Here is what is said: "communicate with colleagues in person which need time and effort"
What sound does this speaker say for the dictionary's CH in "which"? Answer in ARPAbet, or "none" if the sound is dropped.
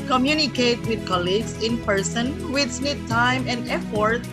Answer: S